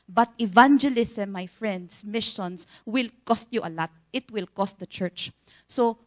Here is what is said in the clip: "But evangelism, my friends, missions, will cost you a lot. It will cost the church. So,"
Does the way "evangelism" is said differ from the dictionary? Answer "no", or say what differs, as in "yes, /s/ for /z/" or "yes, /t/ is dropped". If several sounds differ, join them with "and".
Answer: yes, /s/ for /z/